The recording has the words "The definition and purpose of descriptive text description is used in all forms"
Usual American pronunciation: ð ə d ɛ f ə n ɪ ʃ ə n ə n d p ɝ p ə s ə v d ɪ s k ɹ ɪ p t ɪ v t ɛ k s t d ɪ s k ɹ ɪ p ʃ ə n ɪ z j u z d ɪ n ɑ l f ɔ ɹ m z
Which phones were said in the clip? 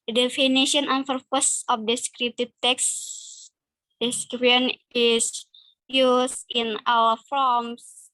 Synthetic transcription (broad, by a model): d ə d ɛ f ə n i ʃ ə n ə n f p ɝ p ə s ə f d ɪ s k ɹ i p t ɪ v t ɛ k s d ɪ s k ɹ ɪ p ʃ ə n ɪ s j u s ɪ n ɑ w f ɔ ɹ m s